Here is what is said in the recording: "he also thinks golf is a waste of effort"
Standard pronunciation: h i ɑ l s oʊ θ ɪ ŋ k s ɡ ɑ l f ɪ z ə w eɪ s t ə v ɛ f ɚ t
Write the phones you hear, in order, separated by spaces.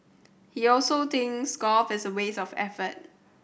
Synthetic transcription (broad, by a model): h i ɑ l s oʊ t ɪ ŋ s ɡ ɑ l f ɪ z ə w eɪ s ə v ɛ f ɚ t